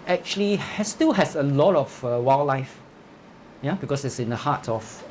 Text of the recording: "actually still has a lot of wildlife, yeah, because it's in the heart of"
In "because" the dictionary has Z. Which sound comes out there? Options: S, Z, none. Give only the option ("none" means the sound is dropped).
S